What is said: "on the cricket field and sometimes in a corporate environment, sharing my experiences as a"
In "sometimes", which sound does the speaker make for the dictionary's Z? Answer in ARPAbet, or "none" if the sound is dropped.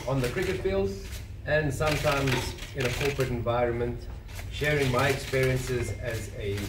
Z